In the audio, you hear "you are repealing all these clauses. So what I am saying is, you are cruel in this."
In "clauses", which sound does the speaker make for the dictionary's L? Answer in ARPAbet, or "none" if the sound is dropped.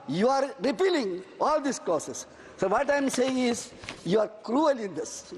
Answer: none